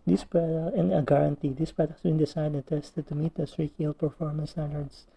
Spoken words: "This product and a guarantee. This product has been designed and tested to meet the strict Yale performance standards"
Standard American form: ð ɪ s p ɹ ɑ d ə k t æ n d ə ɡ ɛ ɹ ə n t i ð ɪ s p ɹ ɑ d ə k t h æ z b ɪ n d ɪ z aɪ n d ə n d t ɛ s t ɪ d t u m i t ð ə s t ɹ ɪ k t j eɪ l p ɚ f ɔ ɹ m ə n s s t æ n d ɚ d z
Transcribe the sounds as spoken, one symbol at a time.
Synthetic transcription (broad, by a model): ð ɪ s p ɹ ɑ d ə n ə ɡ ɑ ɹ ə n t i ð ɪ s p ɹ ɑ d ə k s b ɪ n d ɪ s aɪ d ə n t ɛ s t ɪ d t u m i t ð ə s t ɹ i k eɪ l p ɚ f ɔ ɹ m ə n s s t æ n d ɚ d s